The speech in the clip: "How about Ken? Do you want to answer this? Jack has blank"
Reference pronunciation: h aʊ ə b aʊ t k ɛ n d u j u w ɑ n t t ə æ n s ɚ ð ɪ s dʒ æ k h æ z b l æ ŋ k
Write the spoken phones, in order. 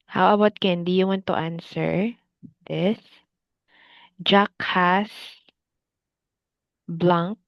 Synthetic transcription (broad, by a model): h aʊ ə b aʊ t k ɛ n d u j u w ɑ n t t ə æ n s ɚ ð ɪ s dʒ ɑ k h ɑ s b l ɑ ŋ k